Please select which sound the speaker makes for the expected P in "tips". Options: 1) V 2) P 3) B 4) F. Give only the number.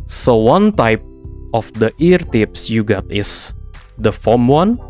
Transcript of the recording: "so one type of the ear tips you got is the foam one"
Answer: 2